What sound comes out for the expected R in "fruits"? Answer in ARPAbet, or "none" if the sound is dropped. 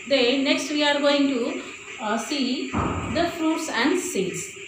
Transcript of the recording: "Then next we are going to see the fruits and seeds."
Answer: R